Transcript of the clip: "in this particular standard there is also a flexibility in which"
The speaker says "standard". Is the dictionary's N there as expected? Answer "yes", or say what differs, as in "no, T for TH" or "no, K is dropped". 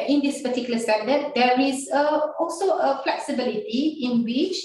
no, N is dropped